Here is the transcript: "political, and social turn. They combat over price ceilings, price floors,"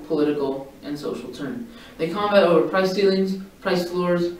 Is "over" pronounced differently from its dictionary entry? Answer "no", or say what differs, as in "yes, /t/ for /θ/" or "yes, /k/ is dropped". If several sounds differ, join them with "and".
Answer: no